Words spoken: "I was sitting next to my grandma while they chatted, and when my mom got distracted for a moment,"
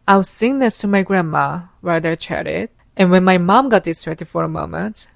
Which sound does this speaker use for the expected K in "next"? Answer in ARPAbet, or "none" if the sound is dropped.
none